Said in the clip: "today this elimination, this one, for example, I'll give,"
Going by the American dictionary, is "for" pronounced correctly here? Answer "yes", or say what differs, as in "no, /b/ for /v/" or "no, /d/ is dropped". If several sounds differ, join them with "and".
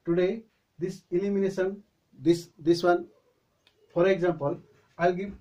no, /p/ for /f/